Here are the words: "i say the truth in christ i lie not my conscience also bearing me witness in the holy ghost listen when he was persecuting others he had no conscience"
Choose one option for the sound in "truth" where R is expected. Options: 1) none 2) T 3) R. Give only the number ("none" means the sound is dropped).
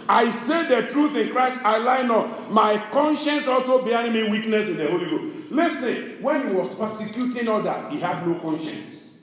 3